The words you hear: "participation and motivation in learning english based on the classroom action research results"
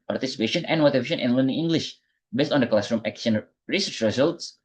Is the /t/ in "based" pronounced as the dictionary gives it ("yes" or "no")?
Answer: yes